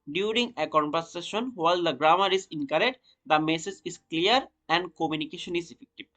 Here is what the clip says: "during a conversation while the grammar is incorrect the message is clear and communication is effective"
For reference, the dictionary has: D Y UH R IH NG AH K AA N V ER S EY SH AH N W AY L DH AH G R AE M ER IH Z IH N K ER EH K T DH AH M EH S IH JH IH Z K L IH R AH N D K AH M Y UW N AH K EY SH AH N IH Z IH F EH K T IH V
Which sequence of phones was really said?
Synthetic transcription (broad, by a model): D Y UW R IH NG AH K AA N P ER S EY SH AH N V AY L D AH G R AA M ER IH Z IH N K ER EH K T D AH M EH S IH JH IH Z K L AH R AH N D K AH M Y UW N AH K EY SH AH N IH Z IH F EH K T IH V